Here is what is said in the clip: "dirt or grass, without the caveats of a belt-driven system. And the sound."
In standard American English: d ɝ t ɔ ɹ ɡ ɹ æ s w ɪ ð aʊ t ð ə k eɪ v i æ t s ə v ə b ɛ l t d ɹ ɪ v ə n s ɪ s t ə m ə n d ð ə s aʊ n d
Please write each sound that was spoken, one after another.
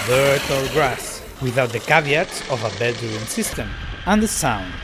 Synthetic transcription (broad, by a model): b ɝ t ɔ ɹ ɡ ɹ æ s w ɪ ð aʊ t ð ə k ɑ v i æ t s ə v ə b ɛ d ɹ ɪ ə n s ɪ s t ə m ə n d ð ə s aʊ n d